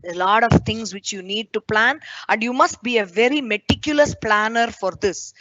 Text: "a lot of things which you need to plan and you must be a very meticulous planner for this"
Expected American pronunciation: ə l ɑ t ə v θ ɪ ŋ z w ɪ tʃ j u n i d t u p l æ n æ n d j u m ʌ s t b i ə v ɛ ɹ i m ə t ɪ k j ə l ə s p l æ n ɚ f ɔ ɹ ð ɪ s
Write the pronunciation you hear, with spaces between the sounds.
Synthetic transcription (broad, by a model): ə l ɑ t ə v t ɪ ŋ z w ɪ tʃ j u n i d t u p l æ n æ n d j u m ʌ s t b i ə v ɛ ɹ i m ə t ɪ k j ə l ə s p l æ n ɚ f ɔ ɹ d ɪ s